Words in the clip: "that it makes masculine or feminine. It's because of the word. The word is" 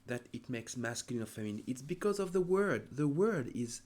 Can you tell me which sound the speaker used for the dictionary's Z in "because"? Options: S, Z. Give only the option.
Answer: Z